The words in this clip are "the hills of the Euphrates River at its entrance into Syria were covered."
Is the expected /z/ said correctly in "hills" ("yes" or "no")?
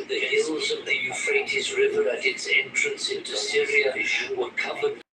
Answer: yes